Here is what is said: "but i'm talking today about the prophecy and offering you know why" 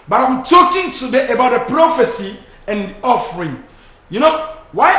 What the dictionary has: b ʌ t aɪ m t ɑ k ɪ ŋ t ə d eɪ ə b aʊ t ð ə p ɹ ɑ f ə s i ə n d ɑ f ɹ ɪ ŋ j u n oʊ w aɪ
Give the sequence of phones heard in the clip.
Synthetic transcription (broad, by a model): b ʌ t aɪ m t ɑ k ɪ ŋ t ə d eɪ ə b aʊ t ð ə p ɹ ɑ f ə s i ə n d ɑ f ɹ ɪ ŋ j u n oʊ w aɪ